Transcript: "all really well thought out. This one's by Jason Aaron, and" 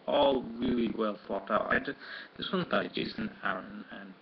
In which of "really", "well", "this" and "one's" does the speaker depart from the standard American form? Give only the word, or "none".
one's